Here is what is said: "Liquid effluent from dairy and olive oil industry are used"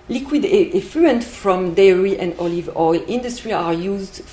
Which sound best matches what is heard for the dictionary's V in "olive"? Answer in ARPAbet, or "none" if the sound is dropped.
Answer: V